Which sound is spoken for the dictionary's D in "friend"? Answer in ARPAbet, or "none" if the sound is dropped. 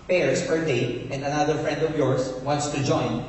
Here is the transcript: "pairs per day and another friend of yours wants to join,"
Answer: D